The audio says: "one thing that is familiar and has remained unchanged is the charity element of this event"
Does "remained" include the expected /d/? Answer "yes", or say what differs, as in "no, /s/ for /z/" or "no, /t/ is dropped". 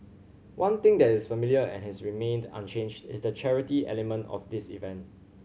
yes